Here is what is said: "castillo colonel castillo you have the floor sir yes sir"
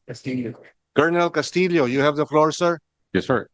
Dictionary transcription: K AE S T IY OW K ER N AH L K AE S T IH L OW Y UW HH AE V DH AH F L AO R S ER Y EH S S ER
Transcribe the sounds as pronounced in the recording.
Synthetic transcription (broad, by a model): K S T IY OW K ER N AH L K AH S T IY L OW Y UW HH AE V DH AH F L AO R S ER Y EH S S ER